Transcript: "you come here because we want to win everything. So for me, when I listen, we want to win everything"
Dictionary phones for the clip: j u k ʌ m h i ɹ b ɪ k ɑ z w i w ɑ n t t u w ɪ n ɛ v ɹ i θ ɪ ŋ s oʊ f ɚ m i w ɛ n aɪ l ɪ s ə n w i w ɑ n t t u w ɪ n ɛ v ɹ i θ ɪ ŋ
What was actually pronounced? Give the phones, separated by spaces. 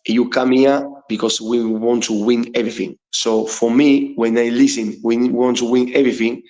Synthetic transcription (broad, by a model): j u k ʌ m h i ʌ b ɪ k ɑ s w i w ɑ n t t u w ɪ n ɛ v ɹ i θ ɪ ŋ s oʊ f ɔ m i w ɛ n aɪ l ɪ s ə n w i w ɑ n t t u w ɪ n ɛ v ɹ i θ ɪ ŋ